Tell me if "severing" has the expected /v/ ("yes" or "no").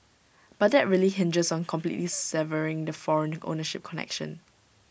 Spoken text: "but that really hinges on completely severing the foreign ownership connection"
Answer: yes